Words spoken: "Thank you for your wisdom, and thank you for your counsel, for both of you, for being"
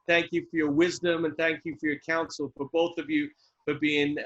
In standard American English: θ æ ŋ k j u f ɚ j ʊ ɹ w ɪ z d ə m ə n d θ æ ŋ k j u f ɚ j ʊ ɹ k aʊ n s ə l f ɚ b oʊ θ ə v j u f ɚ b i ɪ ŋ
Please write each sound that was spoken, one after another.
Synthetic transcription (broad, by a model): θ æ ŋ k j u f ɚ j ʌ ɹ w ɪ z d ə m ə n θ æ ŋ k j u f ɚ j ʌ ɹ k aʊ n s l f ɚ b oʊ θ ə v j u f ɚ b i ɪ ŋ